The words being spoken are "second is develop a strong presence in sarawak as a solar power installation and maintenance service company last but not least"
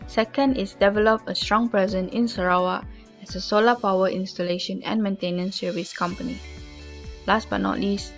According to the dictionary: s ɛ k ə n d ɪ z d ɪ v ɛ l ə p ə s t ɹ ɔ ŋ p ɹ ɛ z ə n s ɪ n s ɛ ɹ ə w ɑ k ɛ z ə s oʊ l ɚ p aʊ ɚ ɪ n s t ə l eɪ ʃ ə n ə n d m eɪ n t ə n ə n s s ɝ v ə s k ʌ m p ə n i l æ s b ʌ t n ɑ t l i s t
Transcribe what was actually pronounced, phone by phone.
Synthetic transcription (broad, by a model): s ɛ k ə n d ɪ s d ɪ v ɛ l ə p ə s t ɹ ɔ ŋ p ɹ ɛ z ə n ɪ n s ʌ ɹ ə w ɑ ɛ s ə s oʊ l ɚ p aʊ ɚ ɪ n s t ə l eɪ ʃ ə n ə n m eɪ n t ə n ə n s s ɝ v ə s k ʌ m p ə n i l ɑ s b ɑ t n ɑ t l i s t